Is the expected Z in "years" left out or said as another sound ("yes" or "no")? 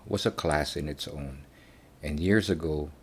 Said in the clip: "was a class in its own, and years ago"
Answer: no